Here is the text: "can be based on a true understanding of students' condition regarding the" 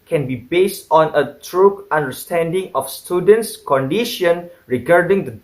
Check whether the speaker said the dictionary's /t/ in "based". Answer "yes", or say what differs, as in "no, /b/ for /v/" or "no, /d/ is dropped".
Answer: yes